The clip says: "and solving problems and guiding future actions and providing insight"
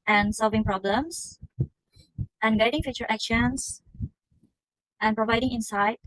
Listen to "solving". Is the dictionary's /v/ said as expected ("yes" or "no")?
yes